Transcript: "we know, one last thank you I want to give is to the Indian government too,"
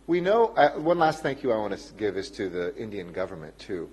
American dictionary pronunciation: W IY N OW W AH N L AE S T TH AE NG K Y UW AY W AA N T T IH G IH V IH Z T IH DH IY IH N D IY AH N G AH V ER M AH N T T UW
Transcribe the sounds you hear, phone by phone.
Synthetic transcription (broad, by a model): W IY N OW W AH N L AE S T TH AE NG K Y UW AY W AA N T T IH G IH V IH Z T IH DH IY IH N D IY AH N G AH V ER M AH N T T UW